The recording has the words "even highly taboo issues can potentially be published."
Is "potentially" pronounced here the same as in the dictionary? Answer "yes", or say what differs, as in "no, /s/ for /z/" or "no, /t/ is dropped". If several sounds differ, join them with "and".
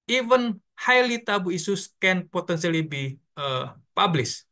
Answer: no, /s/ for /ʃ/